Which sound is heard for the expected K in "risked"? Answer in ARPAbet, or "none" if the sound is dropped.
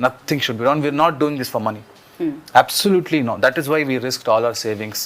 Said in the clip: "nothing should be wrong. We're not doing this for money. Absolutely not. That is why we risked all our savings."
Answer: K